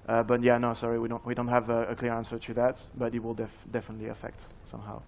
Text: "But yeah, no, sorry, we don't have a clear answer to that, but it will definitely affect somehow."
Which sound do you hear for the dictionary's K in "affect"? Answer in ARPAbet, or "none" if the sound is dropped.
K